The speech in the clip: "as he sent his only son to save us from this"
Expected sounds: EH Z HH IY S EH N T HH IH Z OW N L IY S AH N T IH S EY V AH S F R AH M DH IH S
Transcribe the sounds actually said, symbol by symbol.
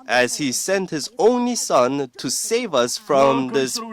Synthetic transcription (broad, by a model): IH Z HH IY S EH N T HH IH Z OW N L IY S AH N T IH S EY V AH S F R AH M DH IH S